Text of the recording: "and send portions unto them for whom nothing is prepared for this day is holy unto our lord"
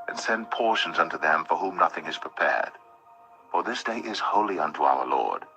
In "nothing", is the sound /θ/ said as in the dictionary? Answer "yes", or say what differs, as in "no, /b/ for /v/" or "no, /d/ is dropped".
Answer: yes